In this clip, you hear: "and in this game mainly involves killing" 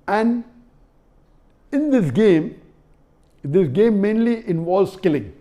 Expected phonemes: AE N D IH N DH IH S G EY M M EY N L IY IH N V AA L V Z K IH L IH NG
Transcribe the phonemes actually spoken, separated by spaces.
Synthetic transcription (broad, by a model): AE N D IH N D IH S G EY M M EY N L IY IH N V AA L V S K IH L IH NG